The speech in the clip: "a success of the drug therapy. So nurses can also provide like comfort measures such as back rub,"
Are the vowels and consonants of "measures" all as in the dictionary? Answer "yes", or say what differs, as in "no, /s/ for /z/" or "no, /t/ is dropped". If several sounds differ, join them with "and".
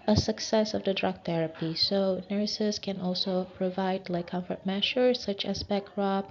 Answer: no, /ʃ/ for /ʒ/